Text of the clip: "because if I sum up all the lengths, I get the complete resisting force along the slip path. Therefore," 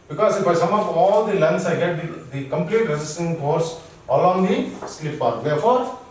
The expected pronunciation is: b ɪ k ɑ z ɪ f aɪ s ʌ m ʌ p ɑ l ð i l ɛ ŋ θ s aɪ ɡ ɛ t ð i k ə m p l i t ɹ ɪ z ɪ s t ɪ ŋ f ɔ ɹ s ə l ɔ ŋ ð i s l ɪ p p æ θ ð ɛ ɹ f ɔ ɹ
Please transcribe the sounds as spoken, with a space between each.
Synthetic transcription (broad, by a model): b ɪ k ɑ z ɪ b aɪ s ʌ m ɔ f ɑ l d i l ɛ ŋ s aɪ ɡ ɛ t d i k ə m p l i t ɹ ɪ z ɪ s t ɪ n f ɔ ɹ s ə l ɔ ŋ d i s l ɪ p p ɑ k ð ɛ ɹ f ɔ ɹ